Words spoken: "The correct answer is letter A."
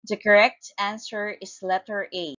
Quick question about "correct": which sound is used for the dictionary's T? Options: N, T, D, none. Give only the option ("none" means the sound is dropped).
T